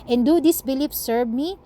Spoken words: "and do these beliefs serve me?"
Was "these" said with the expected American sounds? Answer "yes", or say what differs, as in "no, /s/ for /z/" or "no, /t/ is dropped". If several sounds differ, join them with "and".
no, /s/ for /z/